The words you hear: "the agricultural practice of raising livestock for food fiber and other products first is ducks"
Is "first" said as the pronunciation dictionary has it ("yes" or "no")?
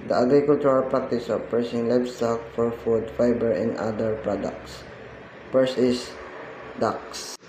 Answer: no